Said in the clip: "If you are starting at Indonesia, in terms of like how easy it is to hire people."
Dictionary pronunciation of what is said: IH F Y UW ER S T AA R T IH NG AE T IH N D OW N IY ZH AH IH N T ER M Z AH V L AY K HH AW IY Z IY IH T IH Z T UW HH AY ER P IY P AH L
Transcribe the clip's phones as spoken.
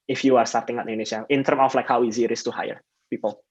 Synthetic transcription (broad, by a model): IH F Y UW ER S T AA R T IH NG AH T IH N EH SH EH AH IH N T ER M AH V L AY K HH AW IY Z IY IH T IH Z T UW HH AY ER P IY P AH L